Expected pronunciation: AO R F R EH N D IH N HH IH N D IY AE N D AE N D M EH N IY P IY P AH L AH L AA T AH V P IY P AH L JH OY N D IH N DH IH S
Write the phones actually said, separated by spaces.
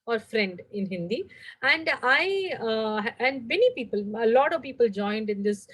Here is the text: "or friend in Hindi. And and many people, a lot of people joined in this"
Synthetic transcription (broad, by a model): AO R F R EH N D IH N HH IH N D IY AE N D AE N D M EH N IY P IY P AH L AH L AA T AH V P IY P AH L JH OY N D IH N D IH S